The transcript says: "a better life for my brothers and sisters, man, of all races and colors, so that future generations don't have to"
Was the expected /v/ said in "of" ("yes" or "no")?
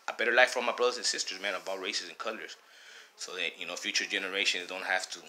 no